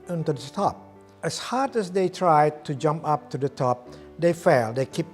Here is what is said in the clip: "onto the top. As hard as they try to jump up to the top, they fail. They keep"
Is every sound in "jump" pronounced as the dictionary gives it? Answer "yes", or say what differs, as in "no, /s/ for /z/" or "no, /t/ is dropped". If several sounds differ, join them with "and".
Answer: yes